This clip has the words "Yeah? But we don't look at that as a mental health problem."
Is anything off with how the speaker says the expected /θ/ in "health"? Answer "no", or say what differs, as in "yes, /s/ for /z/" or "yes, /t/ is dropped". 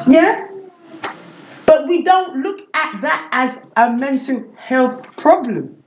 no